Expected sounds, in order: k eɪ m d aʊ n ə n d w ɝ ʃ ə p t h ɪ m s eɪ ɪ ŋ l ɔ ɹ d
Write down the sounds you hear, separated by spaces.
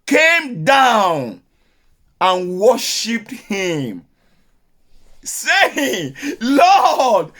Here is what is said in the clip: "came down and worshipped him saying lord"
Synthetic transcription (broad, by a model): k eɪ m d aʊ n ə n w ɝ ʃ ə p t h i m s eɪ ɪ ŋ l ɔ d